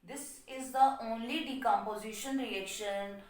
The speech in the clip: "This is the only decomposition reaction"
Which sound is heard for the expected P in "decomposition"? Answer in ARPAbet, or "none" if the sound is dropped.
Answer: P